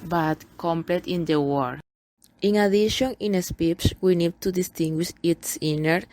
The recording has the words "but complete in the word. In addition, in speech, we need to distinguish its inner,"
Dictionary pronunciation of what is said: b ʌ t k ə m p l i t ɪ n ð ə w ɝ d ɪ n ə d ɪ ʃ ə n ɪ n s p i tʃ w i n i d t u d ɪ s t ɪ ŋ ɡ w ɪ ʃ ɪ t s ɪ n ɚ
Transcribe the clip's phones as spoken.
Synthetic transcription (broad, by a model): b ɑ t k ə m p l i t ɪ n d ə w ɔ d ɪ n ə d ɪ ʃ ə n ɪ n s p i s w i n i d t u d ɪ s t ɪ ŋ ɡ w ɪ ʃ ɪ t s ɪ n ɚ